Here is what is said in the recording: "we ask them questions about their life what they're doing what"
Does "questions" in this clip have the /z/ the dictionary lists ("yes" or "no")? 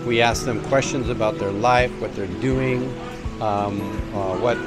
yes